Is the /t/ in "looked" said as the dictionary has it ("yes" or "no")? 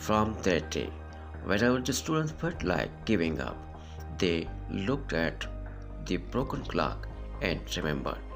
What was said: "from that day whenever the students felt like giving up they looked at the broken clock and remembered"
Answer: yes